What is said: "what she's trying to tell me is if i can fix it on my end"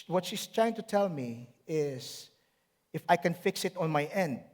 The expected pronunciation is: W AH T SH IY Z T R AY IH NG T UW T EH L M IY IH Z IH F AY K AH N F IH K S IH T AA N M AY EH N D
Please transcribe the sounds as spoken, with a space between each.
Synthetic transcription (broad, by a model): W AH T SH IY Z T R AY IH NG T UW T EH L M IY IH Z IH F AY K AH N F IH K S IH T AA N M AY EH N D